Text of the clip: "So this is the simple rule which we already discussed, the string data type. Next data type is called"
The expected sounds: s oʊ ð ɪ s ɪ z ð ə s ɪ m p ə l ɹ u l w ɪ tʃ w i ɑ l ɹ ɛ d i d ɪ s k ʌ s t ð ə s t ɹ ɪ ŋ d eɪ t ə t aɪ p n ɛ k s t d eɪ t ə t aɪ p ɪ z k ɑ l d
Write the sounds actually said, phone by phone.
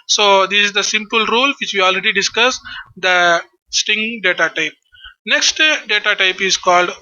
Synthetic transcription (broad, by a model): s oʊ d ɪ s ɪ z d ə s ɪ m p ə l ɹ u l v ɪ tʃ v i ɑ l ɹ ɛ d i d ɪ s k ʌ s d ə s t ɪ ŋ d eɪ t ə t aɪ p n ɛ k s t d eɪ t ə t aɪ p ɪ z k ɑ l d